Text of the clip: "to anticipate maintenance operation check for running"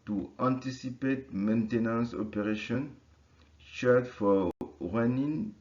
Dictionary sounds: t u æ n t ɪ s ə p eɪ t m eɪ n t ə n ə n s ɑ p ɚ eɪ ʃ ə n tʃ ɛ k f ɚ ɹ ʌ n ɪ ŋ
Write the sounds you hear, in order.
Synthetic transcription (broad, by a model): t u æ n t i s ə p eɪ t m eɪ n t ə n ə n s ɑ p ɚ eɪ ʃ ə n ʃ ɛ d f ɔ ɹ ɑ n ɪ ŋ